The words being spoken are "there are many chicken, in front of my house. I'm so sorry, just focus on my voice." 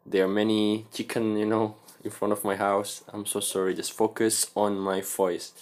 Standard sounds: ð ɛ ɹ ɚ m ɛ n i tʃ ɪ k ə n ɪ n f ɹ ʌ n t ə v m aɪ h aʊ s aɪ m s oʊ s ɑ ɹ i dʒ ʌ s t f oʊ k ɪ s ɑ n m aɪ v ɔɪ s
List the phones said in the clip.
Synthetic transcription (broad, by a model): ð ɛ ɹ m ɛ n i tʃ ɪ k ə n ɪ n f ɹ ʌ n t ə v m aɪ h aʊ s aɪ m s oʊ s ɑ ɹ i dʒ ʌ s t f oʊ k ɪ s ɑ n m aɪ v ɔɪ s